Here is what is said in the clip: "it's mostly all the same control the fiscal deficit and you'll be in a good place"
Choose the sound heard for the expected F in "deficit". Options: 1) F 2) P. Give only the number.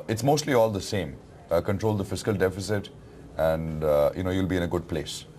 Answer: 1